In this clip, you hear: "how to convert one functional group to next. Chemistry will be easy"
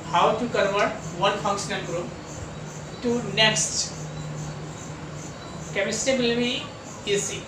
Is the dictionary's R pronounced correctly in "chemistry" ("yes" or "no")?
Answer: no